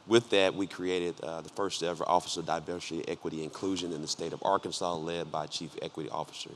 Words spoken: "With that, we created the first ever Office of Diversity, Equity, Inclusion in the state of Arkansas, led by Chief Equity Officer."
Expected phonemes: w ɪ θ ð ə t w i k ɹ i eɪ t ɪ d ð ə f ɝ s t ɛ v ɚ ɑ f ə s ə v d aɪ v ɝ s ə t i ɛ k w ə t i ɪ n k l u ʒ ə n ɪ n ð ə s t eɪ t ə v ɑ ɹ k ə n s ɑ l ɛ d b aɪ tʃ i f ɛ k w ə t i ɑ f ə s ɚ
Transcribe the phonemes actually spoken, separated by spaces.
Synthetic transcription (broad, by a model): w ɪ ð ə t w i k ɹ i eɪ t ɪ d ð ə f ɝ s t ɛ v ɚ ɑ f ə s ə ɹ d aɪ v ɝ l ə t ɛ k w ə t i ɪ n k l u ʒ ə n ɪ n ð ə s t eɪ t ə v ɑ ɹ k ə n s ɑ l ɛ d b aɪ tʃ i f ɛ k w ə t i ɑ f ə s ɚ